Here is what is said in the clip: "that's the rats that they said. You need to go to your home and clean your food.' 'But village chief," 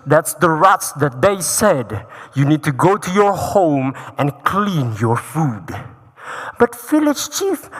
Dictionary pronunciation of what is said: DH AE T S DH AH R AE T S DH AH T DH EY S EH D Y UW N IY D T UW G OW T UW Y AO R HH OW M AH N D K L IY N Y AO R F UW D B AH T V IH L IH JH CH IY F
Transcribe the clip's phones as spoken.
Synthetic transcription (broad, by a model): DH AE T S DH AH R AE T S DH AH T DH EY S EH D Y UW N IY D T UW G OW T UW Y AO R HH OW M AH N K L IY N Y AO R F UW D B AH T F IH L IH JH CH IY F